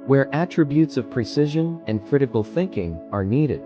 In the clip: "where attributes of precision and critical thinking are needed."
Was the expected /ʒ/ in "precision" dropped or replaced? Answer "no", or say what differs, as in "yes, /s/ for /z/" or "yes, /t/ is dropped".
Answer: no